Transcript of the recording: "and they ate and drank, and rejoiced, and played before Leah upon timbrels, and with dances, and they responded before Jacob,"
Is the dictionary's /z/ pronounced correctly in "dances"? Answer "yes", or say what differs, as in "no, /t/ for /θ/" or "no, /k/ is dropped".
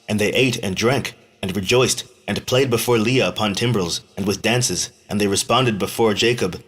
yes